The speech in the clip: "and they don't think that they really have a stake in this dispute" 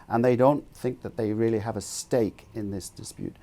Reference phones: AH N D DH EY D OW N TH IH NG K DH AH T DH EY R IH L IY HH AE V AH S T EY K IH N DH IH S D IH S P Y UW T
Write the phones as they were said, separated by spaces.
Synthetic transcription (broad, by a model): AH N DH EY D OW N TH IH NG K DH AH T DH EY R IH L IY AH V AH S T EY K IH N DH IH S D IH S P Y UW T